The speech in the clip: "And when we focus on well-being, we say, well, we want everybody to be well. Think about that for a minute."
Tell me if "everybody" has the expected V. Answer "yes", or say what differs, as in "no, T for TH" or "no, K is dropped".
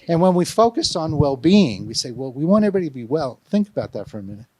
no, V is dropped